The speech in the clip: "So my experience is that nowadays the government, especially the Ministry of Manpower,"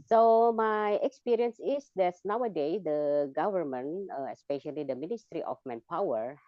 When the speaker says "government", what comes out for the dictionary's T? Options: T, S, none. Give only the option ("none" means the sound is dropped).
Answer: none